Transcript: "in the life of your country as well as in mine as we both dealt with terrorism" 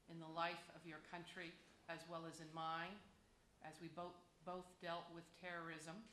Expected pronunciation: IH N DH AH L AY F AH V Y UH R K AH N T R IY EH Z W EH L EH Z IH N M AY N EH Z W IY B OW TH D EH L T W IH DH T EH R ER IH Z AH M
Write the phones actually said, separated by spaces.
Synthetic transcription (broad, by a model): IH N DH AH L AY F AH V Y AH R K AH N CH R IY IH Z W EH L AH Z IH N M AY N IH Z W IY B OW TH D EH L T W IH DH T EH R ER IH Z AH M